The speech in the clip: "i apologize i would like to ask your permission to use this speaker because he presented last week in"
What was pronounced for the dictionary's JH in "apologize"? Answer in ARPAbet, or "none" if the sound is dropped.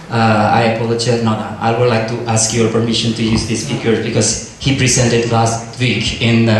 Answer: CH